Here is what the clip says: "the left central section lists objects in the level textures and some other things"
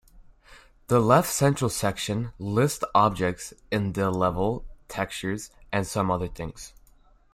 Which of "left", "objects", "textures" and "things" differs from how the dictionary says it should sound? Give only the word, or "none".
none